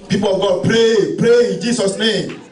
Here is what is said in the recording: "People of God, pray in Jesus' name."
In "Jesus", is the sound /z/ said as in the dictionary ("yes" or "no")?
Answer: no